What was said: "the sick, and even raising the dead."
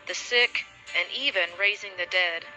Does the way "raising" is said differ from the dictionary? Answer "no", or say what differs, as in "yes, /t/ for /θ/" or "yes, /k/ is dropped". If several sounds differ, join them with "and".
no